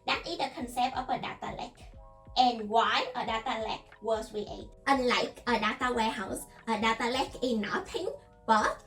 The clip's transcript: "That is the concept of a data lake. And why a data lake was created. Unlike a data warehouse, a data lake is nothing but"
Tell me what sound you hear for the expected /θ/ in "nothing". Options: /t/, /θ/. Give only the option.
/t/